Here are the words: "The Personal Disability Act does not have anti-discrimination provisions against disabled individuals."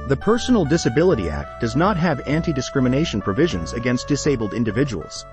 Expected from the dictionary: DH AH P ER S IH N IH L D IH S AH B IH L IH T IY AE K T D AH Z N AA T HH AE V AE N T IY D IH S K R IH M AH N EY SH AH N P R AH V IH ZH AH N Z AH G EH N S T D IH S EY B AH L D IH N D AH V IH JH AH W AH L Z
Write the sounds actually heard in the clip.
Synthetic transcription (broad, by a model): DH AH P ER S N L D IH S AH B IH L IH T IY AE K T D AH Z N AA T HH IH V AE N T IY D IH S K R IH M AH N EY SH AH N P R AH V IH ZH AH N Z AH G EH N S T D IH S EY B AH L D IH N D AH V IH JH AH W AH L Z